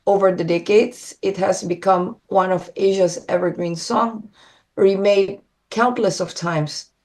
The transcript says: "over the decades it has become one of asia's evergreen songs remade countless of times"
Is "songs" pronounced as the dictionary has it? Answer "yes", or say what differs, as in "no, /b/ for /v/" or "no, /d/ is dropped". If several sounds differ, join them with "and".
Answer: no, /z/ is dropped